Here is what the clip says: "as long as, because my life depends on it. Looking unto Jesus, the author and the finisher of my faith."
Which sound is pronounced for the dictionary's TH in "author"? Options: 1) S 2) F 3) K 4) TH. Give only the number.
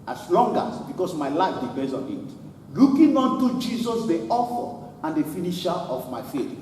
2